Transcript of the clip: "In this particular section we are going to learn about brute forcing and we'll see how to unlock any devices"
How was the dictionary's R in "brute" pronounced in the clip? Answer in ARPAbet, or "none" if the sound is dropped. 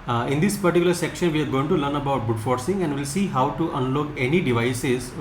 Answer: none